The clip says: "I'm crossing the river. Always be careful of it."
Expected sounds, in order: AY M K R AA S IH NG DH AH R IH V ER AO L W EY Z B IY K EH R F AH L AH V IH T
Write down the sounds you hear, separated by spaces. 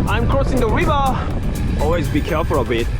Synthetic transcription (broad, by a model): AY M K R AA S IH NG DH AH R IH V ER AO L W EY Z B IY K EH R F AH L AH B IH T